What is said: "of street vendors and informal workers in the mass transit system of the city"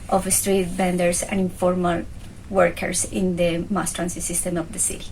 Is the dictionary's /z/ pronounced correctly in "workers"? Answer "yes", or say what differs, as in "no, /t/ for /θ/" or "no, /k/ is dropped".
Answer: no, /s/ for /z/